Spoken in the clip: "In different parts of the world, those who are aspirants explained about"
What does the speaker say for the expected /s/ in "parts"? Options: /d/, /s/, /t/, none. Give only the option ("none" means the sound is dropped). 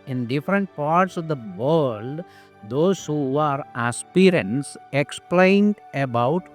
/s/